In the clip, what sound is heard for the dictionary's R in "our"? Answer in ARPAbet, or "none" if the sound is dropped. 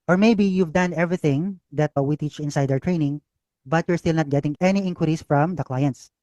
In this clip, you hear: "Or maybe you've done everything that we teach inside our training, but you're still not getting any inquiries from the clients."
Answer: W